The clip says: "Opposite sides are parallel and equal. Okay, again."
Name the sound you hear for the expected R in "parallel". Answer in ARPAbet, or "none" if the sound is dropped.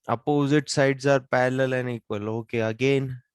L